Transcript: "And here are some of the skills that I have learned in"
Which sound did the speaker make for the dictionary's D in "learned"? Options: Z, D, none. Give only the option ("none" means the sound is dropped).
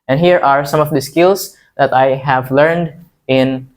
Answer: D